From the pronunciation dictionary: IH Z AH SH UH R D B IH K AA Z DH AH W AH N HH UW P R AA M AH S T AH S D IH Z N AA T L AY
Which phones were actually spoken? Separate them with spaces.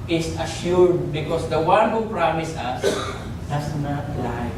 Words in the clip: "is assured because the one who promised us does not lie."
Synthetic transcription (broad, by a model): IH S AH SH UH R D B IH K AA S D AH W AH N HH UW P R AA M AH S AH S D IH S N AA T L AY